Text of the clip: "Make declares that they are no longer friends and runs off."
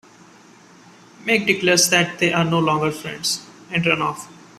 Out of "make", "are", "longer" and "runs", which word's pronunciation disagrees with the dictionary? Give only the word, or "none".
runs